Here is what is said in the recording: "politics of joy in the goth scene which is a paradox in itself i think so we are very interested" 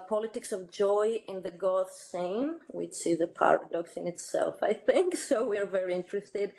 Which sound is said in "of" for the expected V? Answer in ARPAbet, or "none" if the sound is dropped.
V